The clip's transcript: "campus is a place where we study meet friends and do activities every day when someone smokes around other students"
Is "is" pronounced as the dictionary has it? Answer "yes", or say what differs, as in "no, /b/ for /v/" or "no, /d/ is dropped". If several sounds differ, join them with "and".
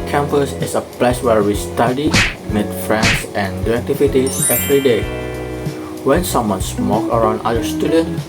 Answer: no, /s/ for /z/